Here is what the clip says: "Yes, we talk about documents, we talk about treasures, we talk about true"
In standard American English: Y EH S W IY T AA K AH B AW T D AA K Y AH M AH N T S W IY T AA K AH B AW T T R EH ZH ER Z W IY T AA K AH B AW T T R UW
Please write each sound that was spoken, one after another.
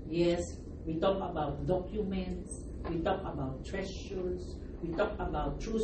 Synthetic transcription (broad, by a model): Y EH S W IY T AA K AH B AW T D AA K Y AH M AH N T S W IY T AA K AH B AW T T R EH S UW S W IY T AA K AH B AW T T R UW